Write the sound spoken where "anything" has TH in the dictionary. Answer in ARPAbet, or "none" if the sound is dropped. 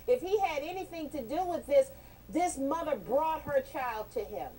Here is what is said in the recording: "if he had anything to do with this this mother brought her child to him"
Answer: TH